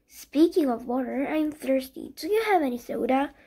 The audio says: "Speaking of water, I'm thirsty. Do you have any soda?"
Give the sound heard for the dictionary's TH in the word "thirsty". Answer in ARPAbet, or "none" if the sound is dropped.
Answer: TH